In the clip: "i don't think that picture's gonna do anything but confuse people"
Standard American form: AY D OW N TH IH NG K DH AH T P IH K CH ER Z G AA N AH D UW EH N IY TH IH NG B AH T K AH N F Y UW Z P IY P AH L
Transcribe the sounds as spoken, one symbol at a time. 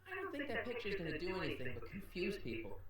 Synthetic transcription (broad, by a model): AY D OW N TH IH NG K DH AH T P IH K CH ER Z G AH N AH D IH EH N IY TH IH NG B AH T K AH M F Y UW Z P IY P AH L